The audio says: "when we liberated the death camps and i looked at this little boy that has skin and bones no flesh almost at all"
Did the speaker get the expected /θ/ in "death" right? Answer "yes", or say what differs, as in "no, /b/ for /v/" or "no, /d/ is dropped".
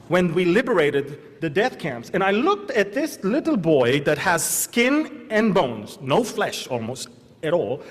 yes